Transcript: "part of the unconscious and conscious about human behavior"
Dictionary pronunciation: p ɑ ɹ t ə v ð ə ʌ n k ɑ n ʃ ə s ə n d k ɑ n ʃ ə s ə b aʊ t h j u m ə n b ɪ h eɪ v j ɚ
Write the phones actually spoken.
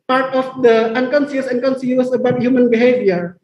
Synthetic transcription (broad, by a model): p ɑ ɹ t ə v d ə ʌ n k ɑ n s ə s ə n k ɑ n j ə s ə b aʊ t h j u m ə n b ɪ h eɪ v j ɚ